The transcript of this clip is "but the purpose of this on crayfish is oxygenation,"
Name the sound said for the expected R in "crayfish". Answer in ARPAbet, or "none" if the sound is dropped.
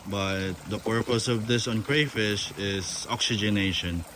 R